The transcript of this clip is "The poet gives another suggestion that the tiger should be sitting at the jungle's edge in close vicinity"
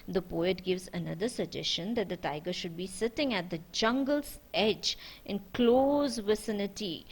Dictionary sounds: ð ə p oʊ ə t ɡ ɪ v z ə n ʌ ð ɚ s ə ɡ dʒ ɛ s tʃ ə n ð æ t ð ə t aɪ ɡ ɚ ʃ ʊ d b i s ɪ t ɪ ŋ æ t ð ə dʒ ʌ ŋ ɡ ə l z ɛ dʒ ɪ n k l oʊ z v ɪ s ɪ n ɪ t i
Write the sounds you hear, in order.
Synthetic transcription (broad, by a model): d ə p oʊ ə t ɡ ɪ v z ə n ʌ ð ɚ s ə dʒ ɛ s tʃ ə n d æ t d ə t aɪ ɡ ɚ ʃ ʊ d b i s ɪ t ɪ ŋ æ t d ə dʒ ʌ ŋ ɡ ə l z ɛ dʒ ɪ n k l oʊ z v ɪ s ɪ n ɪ t i